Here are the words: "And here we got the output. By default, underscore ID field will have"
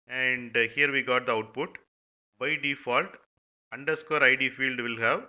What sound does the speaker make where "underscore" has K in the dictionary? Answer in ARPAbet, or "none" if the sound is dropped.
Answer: K